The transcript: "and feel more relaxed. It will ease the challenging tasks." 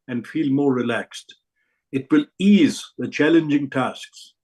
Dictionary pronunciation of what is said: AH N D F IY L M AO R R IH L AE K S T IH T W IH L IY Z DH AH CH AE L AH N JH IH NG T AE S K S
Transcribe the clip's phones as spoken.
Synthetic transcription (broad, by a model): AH N D F IY L M AO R R IH L AE K S T IH T W IH L IY Z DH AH CH AE L AH N JH IH NG T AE S K S